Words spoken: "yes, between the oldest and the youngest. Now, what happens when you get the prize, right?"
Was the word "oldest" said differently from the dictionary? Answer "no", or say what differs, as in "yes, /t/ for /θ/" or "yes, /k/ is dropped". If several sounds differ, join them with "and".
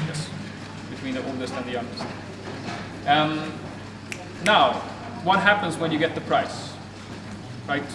no